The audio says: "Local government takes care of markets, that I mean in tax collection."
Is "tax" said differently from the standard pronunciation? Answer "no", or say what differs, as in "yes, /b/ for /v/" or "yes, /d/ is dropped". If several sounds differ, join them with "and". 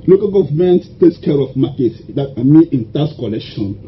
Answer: yes, /k/ is dropped